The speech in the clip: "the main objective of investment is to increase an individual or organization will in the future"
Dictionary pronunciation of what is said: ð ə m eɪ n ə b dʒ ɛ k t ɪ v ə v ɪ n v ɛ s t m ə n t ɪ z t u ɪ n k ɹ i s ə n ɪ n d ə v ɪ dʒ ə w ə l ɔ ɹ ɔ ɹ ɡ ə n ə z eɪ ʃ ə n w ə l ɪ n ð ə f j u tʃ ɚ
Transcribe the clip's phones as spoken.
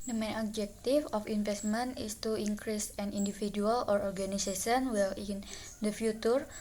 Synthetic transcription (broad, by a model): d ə m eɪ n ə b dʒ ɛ k t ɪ f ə f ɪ n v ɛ s t m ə n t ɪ s t u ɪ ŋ k ɹ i s ə n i n d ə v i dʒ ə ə l ɔ ɹ ɔ ɹ ɡ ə n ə s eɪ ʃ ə n w ə l ɪ n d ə f j u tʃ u